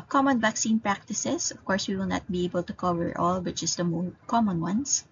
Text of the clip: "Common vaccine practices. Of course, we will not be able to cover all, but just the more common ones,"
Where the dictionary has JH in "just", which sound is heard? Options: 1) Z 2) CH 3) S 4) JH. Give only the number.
2